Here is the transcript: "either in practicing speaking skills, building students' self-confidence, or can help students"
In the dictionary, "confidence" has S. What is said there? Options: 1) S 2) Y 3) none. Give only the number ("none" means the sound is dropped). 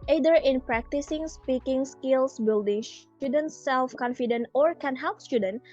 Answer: 3